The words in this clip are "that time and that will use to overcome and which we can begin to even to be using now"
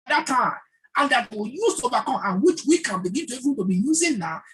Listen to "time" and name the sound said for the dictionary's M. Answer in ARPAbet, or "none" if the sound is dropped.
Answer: none